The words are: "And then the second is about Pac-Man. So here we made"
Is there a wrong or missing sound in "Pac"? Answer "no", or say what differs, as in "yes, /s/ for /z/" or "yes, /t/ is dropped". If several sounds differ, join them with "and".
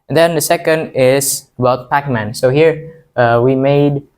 no